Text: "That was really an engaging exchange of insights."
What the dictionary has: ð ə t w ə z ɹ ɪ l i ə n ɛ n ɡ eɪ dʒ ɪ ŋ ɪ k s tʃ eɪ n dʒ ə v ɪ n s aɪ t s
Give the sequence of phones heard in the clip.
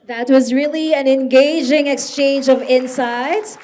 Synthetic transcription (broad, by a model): ð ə t w ə z ɹ ɪ l i ə n ɛ n ɡ eɪ dʒ ɪ ŋ ɪ k s tʃ eɪ n dʒ ə v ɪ n s aɪ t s